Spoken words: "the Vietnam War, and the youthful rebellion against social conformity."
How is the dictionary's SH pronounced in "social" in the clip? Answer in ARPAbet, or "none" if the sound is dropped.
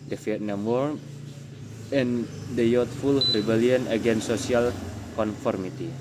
none